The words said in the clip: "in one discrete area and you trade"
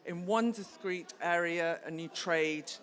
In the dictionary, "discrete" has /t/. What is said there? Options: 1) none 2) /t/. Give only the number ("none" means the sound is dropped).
2